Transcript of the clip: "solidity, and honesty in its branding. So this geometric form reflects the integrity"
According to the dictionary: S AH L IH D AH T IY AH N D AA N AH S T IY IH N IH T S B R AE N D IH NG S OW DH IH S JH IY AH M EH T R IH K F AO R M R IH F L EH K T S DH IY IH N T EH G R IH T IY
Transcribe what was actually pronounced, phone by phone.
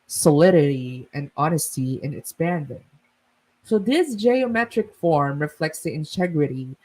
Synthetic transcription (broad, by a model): S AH L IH D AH T IY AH N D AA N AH S T IY IH N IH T S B AE N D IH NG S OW DH IH S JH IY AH M EH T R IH K F AO R M R IH F L EH K T S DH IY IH N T EH G R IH T IY